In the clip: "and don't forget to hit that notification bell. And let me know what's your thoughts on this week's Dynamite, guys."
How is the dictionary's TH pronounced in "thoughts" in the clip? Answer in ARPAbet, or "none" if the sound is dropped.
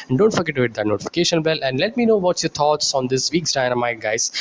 T